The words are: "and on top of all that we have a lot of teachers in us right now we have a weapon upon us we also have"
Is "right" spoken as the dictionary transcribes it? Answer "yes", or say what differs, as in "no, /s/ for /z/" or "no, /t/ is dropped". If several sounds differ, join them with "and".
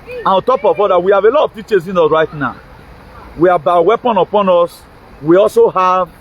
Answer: yes